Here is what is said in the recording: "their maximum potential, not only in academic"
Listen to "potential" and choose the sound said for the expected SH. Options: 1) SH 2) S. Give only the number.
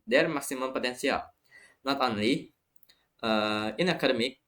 2